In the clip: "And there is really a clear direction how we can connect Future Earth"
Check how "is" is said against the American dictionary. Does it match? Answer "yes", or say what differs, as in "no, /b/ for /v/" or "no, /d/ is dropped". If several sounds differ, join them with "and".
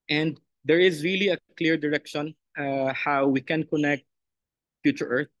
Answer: yes